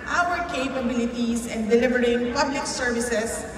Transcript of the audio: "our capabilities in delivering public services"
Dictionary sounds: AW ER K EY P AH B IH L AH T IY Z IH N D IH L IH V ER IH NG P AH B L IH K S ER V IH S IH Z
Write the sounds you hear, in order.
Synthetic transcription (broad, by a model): AW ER K EY P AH B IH L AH T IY S IH N D IH L IH V ER IH NG P AH B L IH K S ER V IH S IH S